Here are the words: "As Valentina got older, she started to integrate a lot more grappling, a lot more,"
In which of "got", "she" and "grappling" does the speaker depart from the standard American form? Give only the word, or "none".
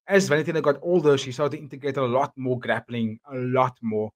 none